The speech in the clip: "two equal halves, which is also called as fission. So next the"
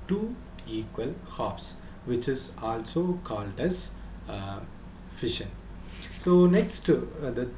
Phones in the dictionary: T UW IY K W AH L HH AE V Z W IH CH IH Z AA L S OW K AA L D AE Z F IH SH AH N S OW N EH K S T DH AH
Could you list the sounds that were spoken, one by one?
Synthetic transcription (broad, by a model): T UW IY K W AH L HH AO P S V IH CH IH Z AA L S OW K AA L D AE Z F IH SH AH N S OW N EH K S T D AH